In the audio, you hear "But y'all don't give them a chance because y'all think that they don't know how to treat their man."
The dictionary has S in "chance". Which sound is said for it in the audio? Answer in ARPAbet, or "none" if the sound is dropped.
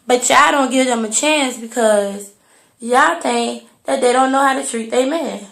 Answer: S